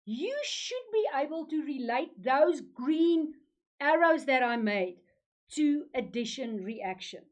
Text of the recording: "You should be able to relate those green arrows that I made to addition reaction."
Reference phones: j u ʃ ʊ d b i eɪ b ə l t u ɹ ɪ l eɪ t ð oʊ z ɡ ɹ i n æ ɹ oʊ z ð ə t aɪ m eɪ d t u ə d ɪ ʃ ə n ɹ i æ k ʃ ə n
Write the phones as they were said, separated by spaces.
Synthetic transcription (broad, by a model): j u ʃ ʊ d b i eɪ b ə l t u ɹ ɪ l eɪ t ð oʊ z ɡ ɹ i n æ ɹ oʊ z ð ə t aɪ m eɪ d t u ə d ɪ ʃ ə n ɹ i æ k ʃ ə n